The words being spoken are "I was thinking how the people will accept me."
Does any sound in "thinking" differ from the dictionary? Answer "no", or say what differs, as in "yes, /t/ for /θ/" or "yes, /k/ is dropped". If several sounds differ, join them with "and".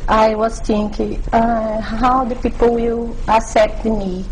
yes, /t/ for /θ/